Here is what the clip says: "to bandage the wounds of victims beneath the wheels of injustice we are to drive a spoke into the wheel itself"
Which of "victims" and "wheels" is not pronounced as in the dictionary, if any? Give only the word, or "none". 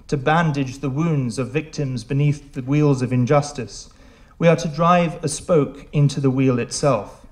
none